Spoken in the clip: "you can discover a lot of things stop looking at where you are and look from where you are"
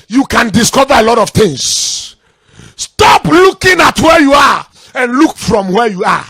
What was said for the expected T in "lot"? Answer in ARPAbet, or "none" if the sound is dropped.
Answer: T